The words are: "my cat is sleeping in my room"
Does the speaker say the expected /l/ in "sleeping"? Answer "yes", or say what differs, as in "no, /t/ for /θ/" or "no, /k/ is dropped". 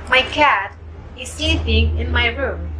no, /l/ is dropped